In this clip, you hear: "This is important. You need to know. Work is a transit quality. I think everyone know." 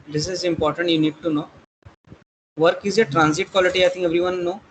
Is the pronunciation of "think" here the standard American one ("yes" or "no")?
no